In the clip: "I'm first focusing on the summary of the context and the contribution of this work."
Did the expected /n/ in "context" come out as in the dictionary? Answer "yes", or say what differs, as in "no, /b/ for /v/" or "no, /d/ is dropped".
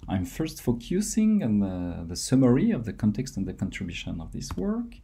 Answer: yes